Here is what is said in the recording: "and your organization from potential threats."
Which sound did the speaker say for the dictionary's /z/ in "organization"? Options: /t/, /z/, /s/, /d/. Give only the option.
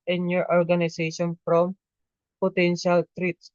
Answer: /s/